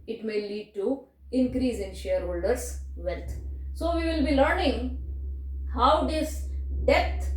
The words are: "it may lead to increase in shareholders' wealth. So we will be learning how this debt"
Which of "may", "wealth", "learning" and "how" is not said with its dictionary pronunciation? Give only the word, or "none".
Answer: wealth